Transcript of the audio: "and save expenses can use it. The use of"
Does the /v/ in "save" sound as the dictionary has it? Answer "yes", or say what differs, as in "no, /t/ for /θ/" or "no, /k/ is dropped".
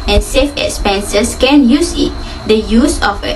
no, /f/ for /v/